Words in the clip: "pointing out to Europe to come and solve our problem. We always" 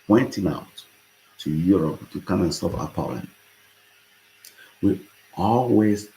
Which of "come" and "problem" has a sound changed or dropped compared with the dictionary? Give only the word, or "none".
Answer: problem